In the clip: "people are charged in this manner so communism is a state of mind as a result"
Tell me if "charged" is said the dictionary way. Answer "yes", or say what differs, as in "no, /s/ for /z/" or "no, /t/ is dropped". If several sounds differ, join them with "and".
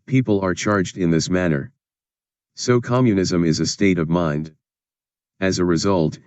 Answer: yes